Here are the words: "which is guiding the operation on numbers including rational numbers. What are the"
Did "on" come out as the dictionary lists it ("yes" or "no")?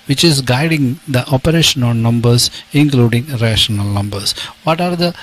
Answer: no